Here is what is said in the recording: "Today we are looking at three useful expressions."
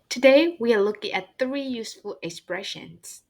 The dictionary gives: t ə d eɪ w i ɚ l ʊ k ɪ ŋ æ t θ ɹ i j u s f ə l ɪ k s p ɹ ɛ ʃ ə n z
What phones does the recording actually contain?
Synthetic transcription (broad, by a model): t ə d eɪ w i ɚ l ʊ k ɪ ŋ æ t θ ɹ i j u s f ə l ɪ k s p ɹ ɛ ʃ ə n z